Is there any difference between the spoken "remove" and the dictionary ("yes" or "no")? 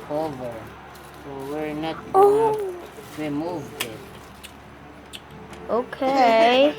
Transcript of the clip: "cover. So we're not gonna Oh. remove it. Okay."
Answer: yes